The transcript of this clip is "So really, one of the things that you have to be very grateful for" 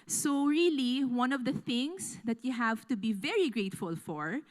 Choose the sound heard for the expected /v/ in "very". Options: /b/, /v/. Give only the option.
/v/